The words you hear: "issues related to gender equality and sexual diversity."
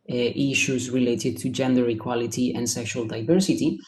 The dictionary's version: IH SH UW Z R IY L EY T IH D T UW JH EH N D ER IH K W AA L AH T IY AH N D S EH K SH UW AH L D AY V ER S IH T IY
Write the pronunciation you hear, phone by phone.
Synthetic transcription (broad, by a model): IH SH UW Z R IY L EY T IH D T UW JH EH N D ER IH K W AA L AH T IY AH N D S EH K SH UW AH L D AY V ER S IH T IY